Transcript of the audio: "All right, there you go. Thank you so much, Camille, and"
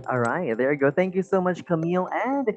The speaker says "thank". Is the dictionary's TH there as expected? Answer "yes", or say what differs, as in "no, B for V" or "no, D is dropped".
yes